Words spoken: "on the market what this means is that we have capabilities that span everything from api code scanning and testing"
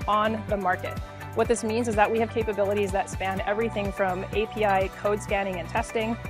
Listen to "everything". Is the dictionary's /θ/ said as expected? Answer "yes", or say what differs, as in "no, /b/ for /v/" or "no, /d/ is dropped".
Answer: yes